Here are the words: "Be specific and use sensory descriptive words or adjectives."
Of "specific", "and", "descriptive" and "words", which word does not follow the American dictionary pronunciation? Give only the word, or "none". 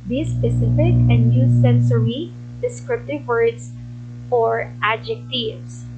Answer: words